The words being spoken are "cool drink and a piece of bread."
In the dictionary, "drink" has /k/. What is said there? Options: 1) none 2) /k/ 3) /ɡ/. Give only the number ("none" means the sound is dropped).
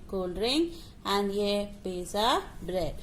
1